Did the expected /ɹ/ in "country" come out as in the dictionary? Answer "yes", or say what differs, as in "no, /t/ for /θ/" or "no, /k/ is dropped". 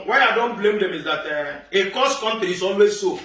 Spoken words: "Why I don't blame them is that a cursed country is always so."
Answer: no, /ɹ/ is dropped